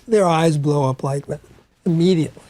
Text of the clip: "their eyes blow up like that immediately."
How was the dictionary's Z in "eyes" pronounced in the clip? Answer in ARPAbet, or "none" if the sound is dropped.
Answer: Z